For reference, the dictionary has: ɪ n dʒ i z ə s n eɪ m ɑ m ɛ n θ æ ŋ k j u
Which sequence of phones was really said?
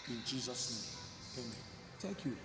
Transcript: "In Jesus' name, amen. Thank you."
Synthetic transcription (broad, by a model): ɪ n dʒ i z ə s n eɪ m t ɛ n t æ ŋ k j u